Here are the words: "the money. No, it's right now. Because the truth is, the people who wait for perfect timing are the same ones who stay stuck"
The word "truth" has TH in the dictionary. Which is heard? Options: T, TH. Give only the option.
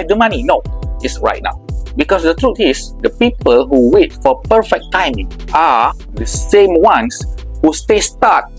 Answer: T